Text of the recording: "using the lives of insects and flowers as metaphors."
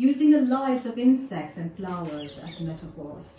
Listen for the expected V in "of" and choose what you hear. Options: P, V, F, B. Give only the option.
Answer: V